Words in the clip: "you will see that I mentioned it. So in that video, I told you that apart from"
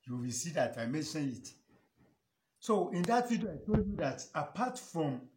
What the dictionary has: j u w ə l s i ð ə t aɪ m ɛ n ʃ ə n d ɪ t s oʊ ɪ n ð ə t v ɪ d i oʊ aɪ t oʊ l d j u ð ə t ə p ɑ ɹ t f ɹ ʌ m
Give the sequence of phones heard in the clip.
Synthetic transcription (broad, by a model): j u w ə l s i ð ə t aɪ m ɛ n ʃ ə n ɪ t s oʊ ɪ n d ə t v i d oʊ aɪ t oʊ l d j u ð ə t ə p ɑ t f ɹ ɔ m